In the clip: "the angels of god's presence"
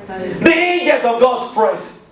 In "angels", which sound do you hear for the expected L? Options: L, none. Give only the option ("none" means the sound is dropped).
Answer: none